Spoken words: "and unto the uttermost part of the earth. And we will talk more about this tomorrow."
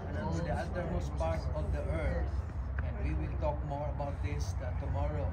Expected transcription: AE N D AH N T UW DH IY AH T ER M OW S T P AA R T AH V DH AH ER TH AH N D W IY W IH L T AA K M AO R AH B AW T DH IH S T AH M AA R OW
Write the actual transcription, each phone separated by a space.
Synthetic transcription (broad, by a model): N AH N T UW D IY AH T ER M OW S P AA R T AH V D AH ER T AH N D W IY W IH L T AA K M AO R AH B AW T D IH S T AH M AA R OW